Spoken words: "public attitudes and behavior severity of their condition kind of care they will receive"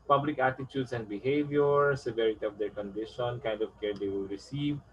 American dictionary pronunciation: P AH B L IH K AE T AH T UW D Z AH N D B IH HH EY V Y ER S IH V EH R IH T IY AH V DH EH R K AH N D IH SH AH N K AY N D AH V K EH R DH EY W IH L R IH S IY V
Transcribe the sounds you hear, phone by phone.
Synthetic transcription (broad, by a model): P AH B L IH K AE T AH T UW D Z AH N D B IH HH EY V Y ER S IH V EH R IH T IY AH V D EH R K AH N D IH SH AH N K AY N D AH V K EH R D EY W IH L R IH S IY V